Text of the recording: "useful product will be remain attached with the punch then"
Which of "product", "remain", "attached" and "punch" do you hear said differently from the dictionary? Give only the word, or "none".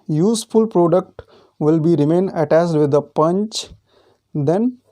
attached